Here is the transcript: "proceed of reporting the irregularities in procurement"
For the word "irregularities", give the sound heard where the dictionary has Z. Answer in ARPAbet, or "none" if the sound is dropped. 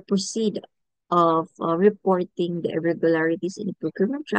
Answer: S